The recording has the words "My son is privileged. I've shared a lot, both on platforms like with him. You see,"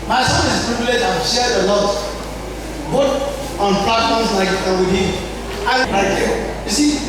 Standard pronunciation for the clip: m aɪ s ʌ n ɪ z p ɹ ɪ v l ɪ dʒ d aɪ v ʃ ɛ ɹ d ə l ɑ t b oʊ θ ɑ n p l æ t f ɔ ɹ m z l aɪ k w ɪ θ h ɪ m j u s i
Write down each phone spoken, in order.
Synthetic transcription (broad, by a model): m aɪ s ʌ n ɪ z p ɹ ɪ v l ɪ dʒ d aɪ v ʃ ɛ ɹ d ə l ɑ t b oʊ t ɑ n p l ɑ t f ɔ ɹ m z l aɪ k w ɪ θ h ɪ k j u s i